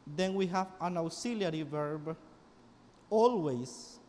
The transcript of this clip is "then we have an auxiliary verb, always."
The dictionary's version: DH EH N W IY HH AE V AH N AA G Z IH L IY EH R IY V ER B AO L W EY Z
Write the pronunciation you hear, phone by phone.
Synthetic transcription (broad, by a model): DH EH N W IY HH AE V AH N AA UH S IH L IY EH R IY V ER B AO L W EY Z